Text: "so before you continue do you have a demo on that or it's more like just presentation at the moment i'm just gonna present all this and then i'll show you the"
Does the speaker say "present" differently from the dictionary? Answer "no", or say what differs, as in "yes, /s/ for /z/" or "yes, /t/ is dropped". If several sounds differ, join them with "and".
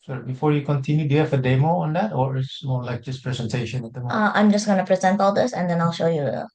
no